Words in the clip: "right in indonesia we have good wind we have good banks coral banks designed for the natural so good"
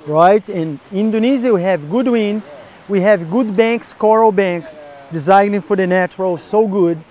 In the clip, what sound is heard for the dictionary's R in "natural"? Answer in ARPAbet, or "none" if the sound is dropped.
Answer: R